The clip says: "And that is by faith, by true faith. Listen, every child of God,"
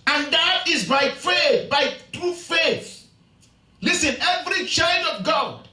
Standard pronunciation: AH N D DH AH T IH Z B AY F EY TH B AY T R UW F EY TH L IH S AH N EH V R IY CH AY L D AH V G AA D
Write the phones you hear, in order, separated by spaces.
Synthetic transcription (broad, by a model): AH N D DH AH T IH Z B AY F EY TH B AY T R UW F EY TH L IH S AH N EH V R IY CH AY L D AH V G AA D